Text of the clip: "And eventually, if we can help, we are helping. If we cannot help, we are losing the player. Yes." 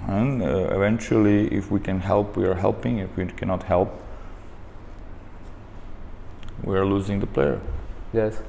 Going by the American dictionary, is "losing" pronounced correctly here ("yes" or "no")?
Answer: yes